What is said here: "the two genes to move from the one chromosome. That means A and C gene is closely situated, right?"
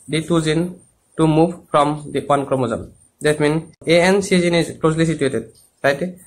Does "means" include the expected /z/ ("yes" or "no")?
no